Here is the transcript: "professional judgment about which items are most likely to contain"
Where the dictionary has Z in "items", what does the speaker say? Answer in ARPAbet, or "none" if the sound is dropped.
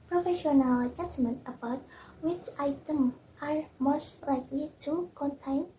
none